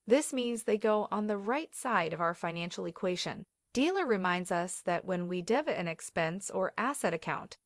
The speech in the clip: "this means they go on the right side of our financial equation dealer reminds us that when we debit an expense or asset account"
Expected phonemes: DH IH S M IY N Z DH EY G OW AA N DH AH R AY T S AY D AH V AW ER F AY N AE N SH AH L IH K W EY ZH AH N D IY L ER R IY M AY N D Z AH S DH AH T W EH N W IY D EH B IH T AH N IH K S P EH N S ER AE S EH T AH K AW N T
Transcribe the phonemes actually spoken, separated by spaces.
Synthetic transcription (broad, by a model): DH IH S M IY N Z DH EY G OW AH N DH AH R AY T S AY D AH V AW ER F AY N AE N SH L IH K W EY SH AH N D IY L ER R IY M AY N D Z AH S DH AH T W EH N W IY D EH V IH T AH N IH K S P EH N S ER AE S EH T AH K AW N T